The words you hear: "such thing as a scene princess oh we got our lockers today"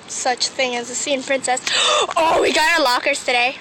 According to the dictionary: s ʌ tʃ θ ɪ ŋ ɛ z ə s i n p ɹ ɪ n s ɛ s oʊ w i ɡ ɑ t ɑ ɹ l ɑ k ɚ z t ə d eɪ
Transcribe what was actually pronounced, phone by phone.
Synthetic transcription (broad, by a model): s ʌ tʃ θ ɪ ŋ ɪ z ə s i n p ɹ ɪ n s ɛ s oʊ w i ɡ ɑ t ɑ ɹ l ɑ k ɚ z t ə d eɪ